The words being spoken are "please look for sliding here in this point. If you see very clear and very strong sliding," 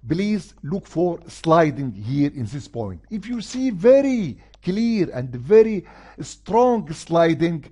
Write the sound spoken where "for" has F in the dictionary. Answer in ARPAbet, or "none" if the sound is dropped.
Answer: F